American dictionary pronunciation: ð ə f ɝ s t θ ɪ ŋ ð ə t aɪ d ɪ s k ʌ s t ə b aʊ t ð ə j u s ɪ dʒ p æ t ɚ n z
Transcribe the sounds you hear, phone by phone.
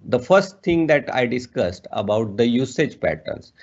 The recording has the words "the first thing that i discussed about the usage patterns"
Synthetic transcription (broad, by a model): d ə f ɝ s t t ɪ ŋ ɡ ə t aɪ d ɪ s k ʌ s t ə b aʊ t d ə j u s ɪ dʒ p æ t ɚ n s